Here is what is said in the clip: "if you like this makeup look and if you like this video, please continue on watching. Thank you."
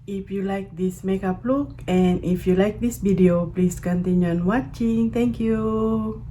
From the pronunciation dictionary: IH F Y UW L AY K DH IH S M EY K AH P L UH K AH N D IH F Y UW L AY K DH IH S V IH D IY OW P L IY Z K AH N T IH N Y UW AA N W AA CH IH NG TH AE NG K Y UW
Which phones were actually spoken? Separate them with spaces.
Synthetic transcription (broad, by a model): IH F Y UW L AY K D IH S M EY K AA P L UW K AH N IH F Y UW L AY K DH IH S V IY D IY OW P L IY S K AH N T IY N Y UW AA N W AA CH IH NG T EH NG K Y UW